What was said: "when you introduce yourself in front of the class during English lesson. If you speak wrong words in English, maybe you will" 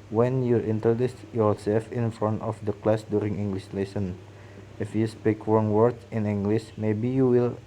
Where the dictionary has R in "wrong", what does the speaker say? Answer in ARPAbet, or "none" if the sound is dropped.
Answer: W